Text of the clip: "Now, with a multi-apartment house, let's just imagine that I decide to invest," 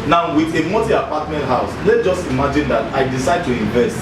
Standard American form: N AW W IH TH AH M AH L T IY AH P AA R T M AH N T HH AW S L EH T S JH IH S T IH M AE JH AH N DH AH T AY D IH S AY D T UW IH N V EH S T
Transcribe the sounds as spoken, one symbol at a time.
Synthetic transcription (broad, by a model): N AW W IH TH AH M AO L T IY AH P AA T M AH N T HH AW S L EH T JH IH S T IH M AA JH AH N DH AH T AY D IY S AY D T UW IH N V EH S T